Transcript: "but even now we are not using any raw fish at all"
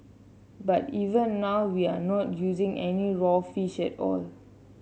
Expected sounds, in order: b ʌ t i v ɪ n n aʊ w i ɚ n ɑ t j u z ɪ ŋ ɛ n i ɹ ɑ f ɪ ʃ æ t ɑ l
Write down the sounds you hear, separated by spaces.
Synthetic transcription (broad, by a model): b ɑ t i v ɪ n n aʊ w i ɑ n ɑ t j u z ɪ ŋ ɛ n i ɹ ɑ f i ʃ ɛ t ɑ l